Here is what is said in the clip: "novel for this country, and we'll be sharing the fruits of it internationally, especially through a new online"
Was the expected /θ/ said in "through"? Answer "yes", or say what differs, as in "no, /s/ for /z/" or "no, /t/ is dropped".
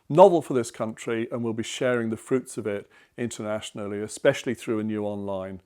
yes